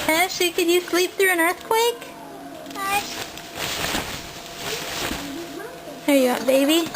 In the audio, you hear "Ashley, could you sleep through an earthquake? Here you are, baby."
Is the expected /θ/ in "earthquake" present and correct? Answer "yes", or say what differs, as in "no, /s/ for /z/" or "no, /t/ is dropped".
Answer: yes